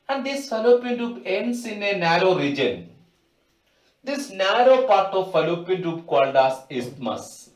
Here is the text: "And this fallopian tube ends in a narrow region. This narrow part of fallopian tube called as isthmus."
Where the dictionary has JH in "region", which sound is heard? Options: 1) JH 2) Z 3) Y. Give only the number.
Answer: 1